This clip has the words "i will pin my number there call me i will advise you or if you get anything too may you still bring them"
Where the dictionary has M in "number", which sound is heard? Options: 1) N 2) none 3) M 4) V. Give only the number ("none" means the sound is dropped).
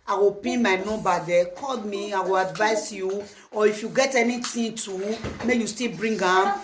2